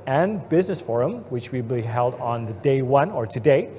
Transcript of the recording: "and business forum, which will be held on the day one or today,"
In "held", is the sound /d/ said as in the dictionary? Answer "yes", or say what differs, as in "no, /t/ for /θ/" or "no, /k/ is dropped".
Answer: yes